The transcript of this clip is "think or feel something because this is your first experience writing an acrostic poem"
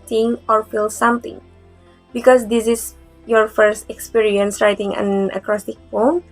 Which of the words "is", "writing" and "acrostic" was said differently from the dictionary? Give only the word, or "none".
is